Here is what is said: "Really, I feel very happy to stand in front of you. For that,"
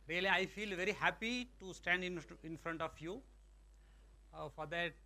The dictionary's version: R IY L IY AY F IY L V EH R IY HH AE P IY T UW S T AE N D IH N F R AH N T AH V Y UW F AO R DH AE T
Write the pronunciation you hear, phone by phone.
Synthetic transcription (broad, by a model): R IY L IY AY F IY L V EH R IY HH AE P IY T UW S T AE N D IH N F R AH N T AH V Y UW F AO R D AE T